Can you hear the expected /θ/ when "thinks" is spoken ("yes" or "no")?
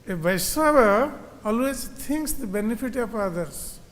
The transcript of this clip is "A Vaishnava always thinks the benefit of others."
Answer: no